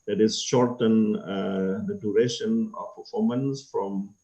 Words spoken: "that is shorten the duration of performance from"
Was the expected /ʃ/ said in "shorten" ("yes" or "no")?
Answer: yes